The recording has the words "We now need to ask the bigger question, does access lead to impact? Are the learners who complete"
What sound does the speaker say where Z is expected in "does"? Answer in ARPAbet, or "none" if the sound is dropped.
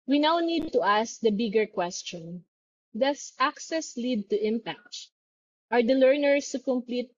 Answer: S